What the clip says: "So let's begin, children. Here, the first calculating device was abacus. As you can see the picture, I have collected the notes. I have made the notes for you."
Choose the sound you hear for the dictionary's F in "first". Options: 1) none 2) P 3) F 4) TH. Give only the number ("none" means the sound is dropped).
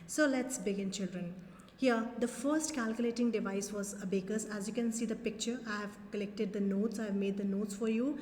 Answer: 3